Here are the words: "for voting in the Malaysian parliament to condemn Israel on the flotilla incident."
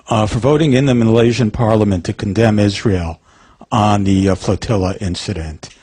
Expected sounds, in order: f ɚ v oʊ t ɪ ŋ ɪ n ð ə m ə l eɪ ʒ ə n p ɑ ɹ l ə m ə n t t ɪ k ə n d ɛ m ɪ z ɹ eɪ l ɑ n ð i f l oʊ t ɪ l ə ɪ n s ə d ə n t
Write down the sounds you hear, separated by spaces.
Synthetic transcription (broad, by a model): f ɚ v oʊ t ɪ ŋ ɪ n ð ə m ə l eɪ ʒ ə n p ɑ ɹ l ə m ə n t t ɪ k n d ɛ m ɪ z ɹ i l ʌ n ð i f l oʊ t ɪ l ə ɪ n s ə d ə n t